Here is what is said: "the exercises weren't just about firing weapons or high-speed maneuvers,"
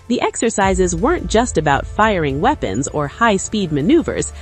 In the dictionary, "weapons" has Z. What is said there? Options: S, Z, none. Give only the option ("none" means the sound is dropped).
Z